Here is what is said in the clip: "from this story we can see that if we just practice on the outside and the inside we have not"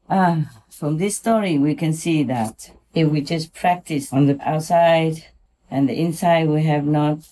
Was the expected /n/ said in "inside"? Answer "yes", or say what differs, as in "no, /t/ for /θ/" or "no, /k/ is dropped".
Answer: yes